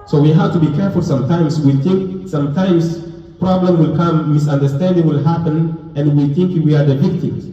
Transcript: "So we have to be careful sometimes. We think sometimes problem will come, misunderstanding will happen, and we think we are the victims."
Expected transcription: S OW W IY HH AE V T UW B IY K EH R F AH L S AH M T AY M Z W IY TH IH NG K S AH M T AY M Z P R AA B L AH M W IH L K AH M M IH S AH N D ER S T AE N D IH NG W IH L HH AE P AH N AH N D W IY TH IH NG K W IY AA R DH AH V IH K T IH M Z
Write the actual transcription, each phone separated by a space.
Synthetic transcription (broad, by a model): S OW W IY HH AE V T UW B IY K EH R F AH L S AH M T AY M S W IY TH IH NG K S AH M T AY M S P R AA B L AH M W IH L K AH M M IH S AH N D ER S T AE N D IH NG W IH L HH AE P AH N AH N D W IY TH IH NG K W IY AA R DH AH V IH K T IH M